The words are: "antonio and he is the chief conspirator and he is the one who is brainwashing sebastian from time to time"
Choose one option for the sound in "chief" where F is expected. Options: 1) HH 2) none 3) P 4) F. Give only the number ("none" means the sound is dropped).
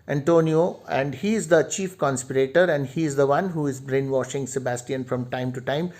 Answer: 4